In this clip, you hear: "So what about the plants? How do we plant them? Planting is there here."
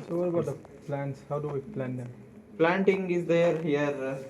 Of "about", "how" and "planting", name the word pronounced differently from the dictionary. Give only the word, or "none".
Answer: none